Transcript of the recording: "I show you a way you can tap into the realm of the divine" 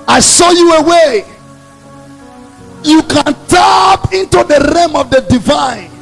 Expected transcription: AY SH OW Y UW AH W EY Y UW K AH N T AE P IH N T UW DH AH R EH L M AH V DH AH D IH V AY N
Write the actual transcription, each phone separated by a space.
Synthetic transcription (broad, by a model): AY S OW Y UW AH W EY Y UW K AH N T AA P IH N T UW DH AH R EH M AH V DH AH D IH V AY N